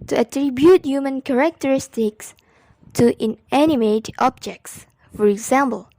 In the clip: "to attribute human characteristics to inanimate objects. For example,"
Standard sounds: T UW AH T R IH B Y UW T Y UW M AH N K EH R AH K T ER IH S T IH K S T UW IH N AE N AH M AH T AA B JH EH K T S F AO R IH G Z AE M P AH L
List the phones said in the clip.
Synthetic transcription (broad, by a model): T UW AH T R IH B Y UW T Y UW M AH N K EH R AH K T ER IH S T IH K S T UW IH N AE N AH M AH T AA B JH EH K T S F AO R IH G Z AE M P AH L